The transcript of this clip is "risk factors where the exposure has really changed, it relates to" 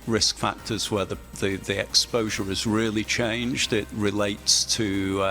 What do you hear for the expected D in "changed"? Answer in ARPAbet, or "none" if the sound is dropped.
D